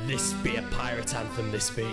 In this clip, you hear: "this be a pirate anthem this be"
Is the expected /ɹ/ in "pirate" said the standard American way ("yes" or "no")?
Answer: yes